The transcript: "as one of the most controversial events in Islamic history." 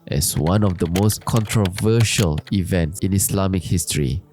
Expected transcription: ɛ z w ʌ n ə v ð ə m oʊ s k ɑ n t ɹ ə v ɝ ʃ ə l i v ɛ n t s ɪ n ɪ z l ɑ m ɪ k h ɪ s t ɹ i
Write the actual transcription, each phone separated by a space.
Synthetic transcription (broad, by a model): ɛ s w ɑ n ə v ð ə m oʊ s k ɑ n t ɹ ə v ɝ ʃ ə l i v ɛ n t s ɪ n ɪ s l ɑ m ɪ k h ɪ s t ɹ i